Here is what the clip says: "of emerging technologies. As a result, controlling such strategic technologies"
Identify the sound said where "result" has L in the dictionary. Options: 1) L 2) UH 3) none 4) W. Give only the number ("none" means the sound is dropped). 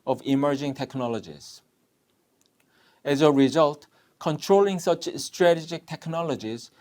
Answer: 1